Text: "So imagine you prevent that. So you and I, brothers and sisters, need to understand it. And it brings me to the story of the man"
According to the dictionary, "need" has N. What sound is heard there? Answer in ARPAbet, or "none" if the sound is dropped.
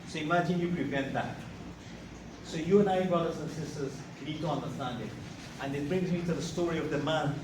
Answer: L